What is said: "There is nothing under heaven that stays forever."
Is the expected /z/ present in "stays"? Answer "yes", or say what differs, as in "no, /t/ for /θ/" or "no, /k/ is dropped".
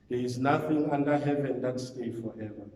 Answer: no, /z/ is dropped